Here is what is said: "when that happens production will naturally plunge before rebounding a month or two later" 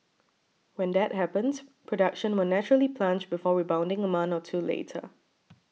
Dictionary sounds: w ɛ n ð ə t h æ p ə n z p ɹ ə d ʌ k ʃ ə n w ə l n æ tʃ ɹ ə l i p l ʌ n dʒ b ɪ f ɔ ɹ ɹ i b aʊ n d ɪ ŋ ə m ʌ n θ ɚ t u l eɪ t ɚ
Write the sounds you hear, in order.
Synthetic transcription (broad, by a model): w ɛ n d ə t h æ p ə n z p ɹ ə d ʌ k ʃ ə n w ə n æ tʃ ɹ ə l i p l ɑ n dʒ b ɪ f ɔ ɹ ɹ i b aʊ n d ɪ ŋ ə m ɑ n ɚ t u l eɪ t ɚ